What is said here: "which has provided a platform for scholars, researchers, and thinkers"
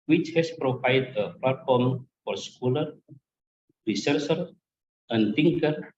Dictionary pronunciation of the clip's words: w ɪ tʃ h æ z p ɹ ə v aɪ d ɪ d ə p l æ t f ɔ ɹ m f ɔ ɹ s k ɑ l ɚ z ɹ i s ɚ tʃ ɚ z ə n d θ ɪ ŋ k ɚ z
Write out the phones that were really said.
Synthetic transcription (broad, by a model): w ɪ tʃ h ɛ s p ɹ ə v aɪ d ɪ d ə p l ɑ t f ɔ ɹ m f ɔ ɹ s k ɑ l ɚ ɹ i s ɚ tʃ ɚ ə n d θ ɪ ŋ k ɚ